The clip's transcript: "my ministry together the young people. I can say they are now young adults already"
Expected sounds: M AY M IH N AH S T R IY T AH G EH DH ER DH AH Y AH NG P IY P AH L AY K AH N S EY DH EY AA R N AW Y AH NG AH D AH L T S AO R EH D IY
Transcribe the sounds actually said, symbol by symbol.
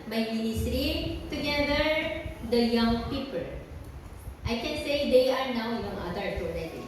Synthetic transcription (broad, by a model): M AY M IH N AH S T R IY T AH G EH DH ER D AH Y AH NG P IY P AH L AY K AH N S EY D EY AA R N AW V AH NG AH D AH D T AO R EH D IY